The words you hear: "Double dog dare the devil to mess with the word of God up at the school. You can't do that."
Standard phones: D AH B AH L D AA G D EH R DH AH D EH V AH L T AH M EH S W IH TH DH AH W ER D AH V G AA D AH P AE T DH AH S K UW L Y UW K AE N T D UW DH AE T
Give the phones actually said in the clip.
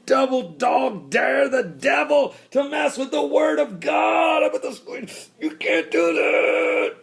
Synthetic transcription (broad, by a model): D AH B L D AA G D EH R DH AH D EH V L T AH M EH S W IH DH AH W ER D AH V G AA D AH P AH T DH AH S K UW N Y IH K AE N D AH DH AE T